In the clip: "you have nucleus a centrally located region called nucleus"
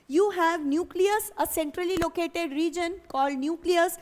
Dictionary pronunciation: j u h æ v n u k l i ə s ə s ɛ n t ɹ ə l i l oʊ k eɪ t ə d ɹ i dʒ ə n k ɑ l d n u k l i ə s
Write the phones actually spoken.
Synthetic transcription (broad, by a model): j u h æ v n u k l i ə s ə s ɛ n t ɹ ə l i l oʊ k eɪ t ə d ɹ i dʒ ə n k ɑ l d n u k l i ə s